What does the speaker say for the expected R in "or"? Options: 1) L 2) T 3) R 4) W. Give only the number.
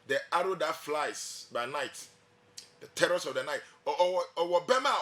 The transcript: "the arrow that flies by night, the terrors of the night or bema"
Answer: 4